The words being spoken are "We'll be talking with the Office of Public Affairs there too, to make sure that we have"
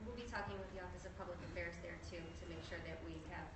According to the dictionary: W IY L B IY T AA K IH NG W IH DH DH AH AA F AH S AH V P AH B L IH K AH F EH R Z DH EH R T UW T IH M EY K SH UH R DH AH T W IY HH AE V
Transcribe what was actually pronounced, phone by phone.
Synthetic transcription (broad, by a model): W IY L B IY T AA K IH NG W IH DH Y AA F AH S AH V P AH B L IH K AH F EH R Z DH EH R T UW T IH M EY K SH UH R DH AH T W IY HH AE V